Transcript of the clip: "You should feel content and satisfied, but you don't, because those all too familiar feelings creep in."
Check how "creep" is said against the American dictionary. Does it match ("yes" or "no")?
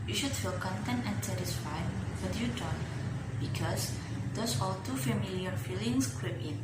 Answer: no